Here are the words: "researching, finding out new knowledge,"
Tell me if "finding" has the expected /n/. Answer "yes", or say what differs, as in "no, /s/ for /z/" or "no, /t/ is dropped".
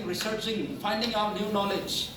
yes